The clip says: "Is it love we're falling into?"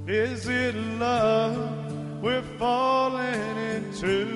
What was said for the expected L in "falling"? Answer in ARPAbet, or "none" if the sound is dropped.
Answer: L